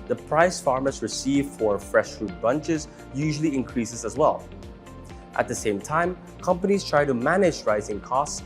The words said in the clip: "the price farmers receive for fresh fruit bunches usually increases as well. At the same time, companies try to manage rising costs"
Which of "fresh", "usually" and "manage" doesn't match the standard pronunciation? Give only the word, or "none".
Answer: none